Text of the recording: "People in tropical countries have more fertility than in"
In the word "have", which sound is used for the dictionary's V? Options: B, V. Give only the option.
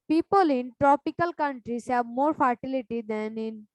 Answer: B